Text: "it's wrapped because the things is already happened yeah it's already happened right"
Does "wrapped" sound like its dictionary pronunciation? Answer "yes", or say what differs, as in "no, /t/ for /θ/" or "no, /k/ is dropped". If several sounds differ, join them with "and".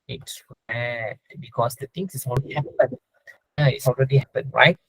no, /p/ is dropped